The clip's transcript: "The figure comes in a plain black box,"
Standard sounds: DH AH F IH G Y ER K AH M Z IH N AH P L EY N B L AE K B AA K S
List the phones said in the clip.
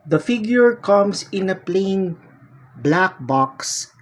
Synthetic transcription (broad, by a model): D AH F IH G Y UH K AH M S IH N AH P L EY N B L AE K B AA K S